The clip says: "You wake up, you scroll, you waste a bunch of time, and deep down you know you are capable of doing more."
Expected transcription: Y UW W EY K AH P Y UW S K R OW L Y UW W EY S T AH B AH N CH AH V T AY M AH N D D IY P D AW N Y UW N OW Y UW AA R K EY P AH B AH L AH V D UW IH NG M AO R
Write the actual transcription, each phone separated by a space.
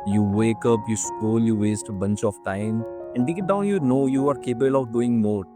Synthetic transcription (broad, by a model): Y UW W EY K AH P Y UW S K OW L Y UW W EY S T AH B AH N CH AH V T AY M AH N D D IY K D AW N Y UW N OW Y UW AA R K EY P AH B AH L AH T D UW IH NG M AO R